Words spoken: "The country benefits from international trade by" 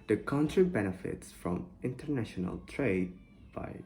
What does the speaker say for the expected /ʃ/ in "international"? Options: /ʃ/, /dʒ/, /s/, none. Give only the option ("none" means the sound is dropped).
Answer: /ʃ/